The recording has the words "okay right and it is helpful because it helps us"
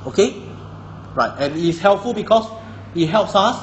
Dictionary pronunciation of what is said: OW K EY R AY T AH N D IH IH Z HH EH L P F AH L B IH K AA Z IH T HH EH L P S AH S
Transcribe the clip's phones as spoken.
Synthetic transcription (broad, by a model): OW K EY R AY T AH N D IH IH S HH EH L P F AH L B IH K AA S IH T HH EH L P S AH S